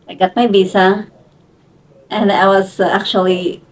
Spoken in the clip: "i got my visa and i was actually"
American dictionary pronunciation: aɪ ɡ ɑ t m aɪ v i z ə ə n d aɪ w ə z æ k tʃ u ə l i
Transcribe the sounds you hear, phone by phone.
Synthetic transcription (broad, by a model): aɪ ɡ ɑ t m aɪ b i s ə ə n d aɪ w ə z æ k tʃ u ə l i